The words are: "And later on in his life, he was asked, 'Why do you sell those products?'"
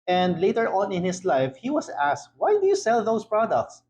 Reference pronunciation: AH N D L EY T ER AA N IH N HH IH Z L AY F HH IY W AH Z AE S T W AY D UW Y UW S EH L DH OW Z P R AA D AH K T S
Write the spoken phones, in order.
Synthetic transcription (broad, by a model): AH N D L EY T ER AA N IH N HH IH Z L AY F HH IY W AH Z AE S T W AY D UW Y UW S EH L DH OW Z P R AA D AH K T S